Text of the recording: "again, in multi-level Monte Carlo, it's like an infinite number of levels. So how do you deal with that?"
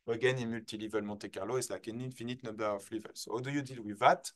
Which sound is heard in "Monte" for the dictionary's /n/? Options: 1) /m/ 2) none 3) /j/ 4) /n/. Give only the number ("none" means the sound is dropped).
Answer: 2